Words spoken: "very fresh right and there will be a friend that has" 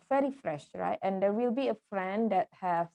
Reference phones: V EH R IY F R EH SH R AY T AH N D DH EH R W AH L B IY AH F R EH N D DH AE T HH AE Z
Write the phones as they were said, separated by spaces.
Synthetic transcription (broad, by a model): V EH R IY F R EH SH R AY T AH N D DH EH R W AH L B IY AH F R EH N D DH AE T HH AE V